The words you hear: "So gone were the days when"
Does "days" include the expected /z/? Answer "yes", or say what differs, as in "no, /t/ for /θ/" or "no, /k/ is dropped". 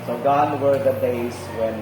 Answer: no, /s/ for /z/